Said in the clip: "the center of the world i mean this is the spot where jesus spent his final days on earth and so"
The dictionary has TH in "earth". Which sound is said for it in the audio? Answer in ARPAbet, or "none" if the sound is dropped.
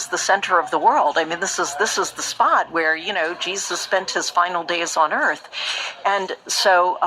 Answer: TH